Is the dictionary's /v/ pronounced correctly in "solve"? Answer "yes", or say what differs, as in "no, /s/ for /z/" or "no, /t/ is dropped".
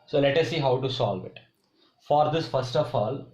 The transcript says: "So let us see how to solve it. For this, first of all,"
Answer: yes